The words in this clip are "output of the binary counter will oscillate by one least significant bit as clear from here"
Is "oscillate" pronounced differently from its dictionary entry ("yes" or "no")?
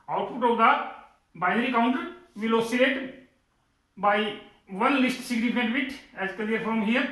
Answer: yes